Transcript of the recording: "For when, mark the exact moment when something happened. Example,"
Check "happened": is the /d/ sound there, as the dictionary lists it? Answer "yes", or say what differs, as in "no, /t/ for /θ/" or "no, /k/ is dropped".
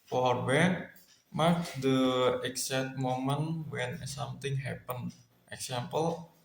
no, /d/ is dropped